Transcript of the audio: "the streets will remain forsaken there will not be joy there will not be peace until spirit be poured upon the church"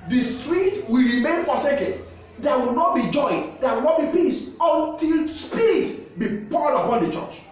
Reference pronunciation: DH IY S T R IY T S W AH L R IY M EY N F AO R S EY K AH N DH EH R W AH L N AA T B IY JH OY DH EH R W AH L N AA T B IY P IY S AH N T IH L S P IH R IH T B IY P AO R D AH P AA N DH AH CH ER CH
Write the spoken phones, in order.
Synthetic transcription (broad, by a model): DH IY S T R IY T W AH L R IY M EY N F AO S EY K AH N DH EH W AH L N AA T B IY JH OY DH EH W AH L N AA T B IY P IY S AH N T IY L S P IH R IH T B IY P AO L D AH P AA N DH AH CH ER CH